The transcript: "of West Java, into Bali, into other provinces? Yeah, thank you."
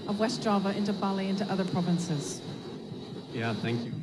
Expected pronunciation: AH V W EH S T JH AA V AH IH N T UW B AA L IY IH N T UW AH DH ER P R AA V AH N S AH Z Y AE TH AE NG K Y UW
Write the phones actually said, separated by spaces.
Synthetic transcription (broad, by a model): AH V W EH S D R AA V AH IH N T UW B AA L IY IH N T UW AH DH ER P R AA V AH N S AH Z Y AE TH AE NG K Y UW